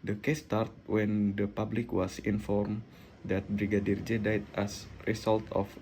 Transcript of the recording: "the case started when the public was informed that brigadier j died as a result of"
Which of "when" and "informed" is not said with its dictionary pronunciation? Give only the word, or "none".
none